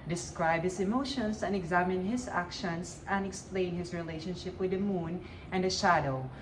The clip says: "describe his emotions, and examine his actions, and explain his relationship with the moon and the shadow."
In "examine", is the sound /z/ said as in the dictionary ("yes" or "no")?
yes